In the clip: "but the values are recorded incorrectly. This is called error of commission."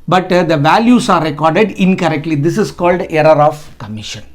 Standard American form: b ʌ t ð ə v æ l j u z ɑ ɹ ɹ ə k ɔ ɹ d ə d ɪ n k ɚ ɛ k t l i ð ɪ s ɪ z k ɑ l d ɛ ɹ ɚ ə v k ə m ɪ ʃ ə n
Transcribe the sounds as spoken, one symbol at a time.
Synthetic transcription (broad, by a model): b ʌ t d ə v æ l j u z ɑ ɹ ɹ ə k ɔ ɹ d ə d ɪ n k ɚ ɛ k t l i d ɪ s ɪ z k ɑ l d ɛ ɹ ɚ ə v k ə m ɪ ʃ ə n